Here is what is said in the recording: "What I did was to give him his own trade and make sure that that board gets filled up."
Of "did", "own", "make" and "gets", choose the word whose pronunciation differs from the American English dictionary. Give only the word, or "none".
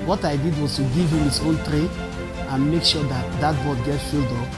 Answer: gets